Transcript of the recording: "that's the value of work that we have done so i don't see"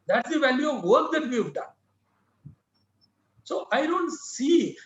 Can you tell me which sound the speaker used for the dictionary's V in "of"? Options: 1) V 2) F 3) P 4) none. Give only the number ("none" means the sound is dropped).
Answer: 1